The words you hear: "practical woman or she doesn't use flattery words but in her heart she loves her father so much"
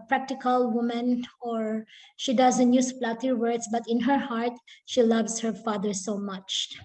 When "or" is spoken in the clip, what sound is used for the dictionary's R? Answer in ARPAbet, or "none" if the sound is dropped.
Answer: R